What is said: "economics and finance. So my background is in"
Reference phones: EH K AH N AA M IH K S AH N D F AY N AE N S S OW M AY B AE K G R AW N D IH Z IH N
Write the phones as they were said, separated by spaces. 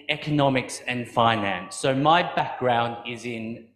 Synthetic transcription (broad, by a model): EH K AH N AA M IH K S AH N F AY N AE N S S OW M AY B AE K G R AW N D IH Z IH N